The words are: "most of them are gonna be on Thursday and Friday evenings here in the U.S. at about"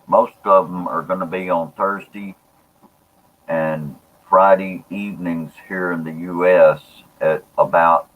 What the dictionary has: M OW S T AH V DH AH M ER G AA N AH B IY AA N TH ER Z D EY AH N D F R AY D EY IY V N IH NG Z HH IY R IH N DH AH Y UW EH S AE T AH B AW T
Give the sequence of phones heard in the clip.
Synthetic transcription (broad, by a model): M OW S T AH V DH AH M ER G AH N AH B IY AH N TH ER Z D EY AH N F R AY D EY IY V N IH NG Z HH IY R IH N DH AH Y UW EH S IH T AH B AW T